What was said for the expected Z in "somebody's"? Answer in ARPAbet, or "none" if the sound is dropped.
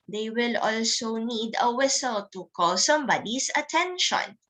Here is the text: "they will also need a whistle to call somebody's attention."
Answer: S